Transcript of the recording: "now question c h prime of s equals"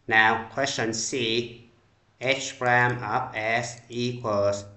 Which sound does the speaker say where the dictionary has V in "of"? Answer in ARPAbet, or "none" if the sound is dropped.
P